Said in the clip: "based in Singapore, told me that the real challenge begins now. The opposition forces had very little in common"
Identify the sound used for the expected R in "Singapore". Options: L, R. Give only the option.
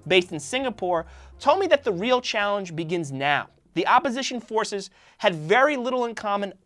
R